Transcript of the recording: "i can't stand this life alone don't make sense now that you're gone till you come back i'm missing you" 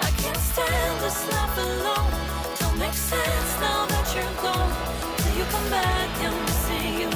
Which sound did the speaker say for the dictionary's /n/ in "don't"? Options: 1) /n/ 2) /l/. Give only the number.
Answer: 2